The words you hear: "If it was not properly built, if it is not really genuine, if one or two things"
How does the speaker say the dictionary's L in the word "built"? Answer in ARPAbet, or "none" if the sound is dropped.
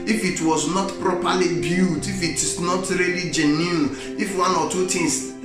none